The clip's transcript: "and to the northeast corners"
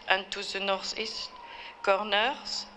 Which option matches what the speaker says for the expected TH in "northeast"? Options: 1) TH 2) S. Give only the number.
2